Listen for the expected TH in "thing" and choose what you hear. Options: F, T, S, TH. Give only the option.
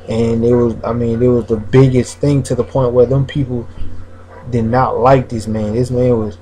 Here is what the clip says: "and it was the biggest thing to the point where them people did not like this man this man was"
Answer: TH